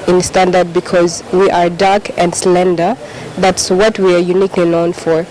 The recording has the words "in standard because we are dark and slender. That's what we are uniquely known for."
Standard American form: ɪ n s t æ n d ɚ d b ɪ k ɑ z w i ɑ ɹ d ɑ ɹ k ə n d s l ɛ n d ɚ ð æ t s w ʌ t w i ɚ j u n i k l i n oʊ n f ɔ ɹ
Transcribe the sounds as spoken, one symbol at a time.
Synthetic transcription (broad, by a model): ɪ n s t æ n d ɚ d b ɪ k ɑ z w i ɑ ɹ d ɑ ɹ k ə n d s l ɛ n d ɚ ð æ t s w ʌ t w i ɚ j u n i k l i n oʊ n f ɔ ɹ